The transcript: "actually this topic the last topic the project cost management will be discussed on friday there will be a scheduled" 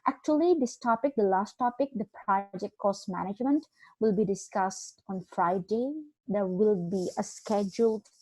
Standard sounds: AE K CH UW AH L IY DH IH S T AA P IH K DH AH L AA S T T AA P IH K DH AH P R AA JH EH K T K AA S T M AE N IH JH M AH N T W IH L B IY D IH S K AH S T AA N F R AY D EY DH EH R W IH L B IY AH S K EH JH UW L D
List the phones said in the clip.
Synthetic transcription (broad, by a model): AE K CH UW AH L IY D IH S T AA P IH K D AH L AA S T T AA P IH K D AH P R AA JH EH K T K AA S T M AE N IH JH M AH N T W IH L B IY D IH S K AH S T AA N F R AY D EY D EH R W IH L B IY AH S K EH JH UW L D